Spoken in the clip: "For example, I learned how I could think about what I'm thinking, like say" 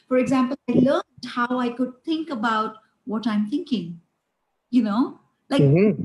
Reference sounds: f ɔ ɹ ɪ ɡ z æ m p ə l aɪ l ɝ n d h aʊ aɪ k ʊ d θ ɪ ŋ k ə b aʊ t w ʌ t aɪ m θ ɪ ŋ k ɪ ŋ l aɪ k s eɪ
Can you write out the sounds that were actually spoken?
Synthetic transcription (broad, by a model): f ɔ ɹ ɪ ɡ z æ m p ə l aɪ l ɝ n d h aʊ aɪ k ʊ d t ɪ ŋ k ə b aʊ t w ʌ t aɪ m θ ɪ ŋ k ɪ ŋ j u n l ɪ